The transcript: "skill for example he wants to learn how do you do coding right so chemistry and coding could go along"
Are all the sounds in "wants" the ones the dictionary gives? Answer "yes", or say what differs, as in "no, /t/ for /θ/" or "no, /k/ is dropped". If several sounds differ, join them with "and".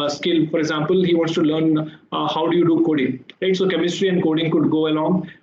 no, /n/ is dropped